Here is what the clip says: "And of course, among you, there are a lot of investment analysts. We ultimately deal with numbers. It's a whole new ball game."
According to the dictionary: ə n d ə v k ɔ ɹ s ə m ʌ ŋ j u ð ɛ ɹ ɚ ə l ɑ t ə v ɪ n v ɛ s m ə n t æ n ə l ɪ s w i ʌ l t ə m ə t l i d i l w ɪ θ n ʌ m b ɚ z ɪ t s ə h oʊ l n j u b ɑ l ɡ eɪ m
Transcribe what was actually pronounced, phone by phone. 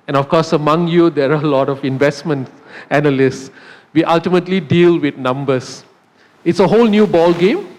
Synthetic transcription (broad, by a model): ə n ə f k ɔ s ə m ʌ ŋ j u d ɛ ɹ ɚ ə l ɑ t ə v ɪ n v ɛ s m ə n t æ n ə l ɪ s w i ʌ l t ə m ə t l i d i l w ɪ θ n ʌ m b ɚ s ɪ t s ə h oʊ l n j u b ɑ l ɡ eɪ m